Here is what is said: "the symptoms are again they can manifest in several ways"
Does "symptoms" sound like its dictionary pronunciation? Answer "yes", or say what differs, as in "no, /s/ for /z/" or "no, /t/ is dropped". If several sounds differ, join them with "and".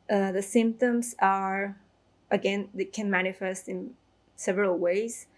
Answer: yes